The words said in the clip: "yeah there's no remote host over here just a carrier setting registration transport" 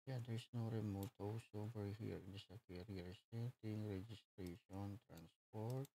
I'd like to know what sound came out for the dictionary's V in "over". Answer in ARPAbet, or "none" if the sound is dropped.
B